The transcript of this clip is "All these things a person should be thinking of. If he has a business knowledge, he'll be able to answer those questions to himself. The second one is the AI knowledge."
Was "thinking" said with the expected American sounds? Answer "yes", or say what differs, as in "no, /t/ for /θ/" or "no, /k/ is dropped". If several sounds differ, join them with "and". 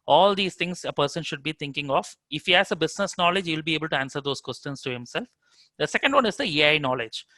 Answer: no, /t/ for /θ/